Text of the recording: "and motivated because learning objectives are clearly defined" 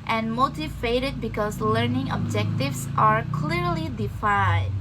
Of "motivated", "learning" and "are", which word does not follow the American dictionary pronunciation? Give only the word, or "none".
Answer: none